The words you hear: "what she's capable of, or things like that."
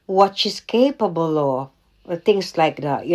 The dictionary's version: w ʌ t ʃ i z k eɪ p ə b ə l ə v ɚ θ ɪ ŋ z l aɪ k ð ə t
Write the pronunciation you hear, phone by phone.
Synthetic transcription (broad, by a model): w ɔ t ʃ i s k eɪ p ə b ə l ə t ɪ ŋ s l aɪ k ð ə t